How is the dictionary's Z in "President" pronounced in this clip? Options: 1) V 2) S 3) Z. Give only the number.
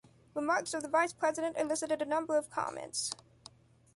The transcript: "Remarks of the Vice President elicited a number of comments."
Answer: 3